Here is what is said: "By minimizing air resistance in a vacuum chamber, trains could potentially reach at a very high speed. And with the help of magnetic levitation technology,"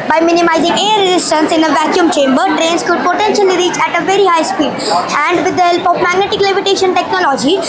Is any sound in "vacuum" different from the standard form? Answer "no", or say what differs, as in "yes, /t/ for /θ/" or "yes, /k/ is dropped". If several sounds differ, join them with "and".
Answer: no